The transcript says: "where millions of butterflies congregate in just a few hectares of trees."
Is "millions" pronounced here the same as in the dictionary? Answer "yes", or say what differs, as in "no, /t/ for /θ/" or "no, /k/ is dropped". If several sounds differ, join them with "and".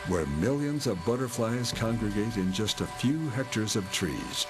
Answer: yes